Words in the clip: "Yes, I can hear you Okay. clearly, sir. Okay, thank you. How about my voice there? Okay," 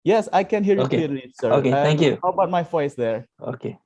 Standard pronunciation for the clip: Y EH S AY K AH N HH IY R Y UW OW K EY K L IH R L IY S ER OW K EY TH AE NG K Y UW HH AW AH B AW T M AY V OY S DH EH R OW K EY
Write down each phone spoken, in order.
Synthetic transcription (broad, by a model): Y EH S AY K AH N HH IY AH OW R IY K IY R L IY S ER OW K EY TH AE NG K Y UW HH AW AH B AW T M AY F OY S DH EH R OW K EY